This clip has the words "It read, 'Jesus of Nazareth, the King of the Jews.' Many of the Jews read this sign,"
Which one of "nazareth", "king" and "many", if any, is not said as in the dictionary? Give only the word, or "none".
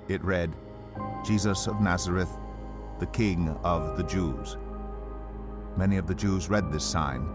none